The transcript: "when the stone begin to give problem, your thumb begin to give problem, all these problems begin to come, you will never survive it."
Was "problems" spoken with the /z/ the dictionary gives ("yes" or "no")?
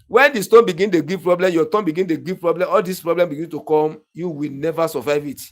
no